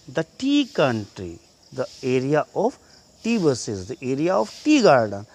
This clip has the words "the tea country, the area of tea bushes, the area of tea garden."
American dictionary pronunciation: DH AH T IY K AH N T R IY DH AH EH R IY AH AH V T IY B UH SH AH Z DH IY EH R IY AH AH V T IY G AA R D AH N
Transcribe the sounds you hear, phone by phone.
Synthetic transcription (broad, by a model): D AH T IY K AH N T R IY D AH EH R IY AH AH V T IY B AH S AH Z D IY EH R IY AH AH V T IY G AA R D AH N